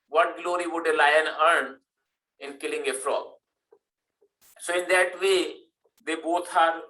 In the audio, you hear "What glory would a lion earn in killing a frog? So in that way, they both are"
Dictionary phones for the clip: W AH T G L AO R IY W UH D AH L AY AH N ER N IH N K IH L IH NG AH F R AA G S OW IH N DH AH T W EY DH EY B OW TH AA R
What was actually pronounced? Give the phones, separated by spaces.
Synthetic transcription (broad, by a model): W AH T G L AO R IY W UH D AH L AY AH N ER N IH N K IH L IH NG AH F R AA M S OW IH N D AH T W EY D EY B OW T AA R